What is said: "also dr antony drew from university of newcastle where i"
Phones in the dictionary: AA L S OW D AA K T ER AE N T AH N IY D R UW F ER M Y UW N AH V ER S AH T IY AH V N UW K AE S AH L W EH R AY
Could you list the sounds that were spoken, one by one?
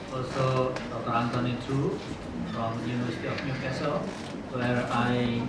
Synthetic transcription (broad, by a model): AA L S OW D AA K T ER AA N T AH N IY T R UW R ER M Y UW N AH ER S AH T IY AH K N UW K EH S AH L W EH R AY